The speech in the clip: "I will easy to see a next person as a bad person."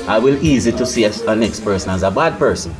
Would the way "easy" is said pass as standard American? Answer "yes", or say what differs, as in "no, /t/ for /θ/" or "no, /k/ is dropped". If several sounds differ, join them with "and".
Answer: yes